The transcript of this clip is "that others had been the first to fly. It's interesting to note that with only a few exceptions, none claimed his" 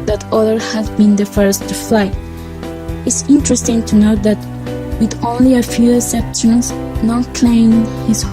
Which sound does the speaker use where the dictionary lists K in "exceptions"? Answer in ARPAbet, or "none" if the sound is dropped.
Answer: none